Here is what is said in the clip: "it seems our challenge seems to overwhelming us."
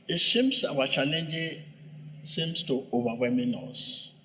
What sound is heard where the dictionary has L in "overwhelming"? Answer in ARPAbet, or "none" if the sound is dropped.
none